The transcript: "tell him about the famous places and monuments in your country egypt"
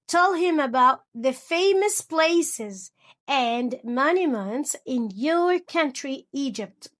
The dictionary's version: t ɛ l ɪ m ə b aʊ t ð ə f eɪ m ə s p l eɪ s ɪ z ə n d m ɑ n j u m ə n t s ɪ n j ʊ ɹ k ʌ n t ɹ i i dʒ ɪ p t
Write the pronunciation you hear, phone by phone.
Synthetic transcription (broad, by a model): t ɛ l ɪ m ə b aʊ t ð ə f eɪ m ə s p l eɪ s ɪ z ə n m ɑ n j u m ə n t s ɪ n j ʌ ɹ k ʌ n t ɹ i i dʒ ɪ p t